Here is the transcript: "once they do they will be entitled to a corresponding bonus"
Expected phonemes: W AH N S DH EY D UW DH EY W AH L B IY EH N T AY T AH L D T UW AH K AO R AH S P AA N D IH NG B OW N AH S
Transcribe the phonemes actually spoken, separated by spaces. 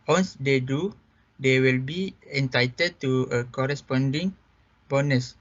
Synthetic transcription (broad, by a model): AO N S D EY D UW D EY W AH L B IY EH N T AY T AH D T UW AH K AO R AH S P AA N D IH NG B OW N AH S